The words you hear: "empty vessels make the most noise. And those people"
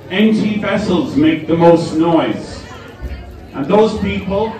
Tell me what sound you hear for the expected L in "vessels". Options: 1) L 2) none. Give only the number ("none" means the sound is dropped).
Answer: 1